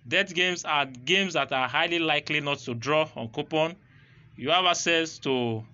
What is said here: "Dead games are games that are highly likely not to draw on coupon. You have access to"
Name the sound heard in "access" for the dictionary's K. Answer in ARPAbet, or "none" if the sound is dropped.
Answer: none